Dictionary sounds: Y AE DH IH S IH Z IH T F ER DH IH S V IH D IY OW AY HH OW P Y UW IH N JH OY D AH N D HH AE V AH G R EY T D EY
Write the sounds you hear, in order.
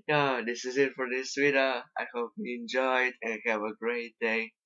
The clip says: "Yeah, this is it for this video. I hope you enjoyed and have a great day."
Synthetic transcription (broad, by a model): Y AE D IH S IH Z IH T F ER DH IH S W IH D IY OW AY HH OW P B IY IH N JH OY D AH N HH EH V AH G R EY T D EY